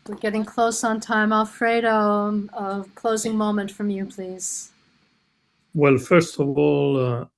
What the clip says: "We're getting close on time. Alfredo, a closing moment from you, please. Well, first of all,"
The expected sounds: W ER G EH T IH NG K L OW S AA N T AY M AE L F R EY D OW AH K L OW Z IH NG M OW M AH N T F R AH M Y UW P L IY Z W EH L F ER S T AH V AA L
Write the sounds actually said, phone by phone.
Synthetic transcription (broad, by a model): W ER G EH T IH NG K L OW S N T AY M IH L F R EY D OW AH K L OW Z IH NG M OW M AH N T F R AH M Y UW P L IY Z W EH L F ER S T AH V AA L